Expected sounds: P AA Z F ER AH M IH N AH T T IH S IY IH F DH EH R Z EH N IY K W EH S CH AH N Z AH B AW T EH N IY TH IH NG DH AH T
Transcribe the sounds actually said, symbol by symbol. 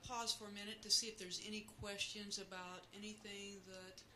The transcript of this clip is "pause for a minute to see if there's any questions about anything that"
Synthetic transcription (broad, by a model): P AA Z F ER AH M IH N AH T T IH S IY IH F DH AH R Z EH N IY K W EH S CH AH N Z AH B AW T EH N IY TH IH NG DH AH T